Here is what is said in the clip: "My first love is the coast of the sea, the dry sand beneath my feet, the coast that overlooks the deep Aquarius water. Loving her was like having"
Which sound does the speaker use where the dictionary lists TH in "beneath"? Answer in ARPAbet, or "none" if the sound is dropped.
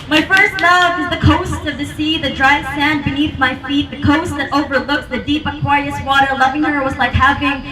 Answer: TH